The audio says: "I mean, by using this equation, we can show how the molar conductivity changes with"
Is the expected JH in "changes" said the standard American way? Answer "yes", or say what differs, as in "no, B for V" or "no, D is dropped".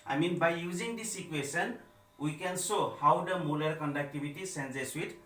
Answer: no, Z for JH